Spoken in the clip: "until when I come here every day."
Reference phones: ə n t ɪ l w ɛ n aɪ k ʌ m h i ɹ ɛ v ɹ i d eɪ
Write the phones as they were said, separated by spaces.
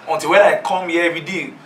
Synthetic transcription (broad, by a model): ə n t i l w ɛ aɪ k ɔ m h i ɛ ɛ v ɹ i d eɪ